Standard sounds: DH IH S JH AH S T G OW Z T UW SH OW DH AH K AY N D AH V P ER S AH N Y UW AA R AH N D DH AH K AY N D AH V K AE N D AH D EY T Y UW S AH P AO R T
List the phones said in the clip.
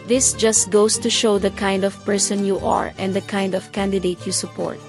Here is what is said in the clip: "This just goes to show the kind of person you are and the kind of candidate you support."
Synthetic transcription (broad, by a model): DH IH S JH AH S T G OW S T UW SH OW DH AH K AY N D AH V P ER S AH N Y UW AA R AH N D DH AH K AY N D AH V K AE N D AH D EY T Y UW S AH P AO R T